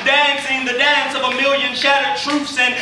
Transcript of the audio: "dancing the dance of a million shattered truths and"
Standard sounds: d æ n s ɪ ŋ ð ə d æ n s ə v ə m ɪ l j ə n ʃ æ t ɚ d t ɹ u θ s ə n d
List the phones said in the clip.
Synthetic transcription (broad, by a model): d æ n s ɪ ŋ ð ə d æ n s ə v ə m ɪ l j ə n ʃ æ t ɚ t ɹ u f s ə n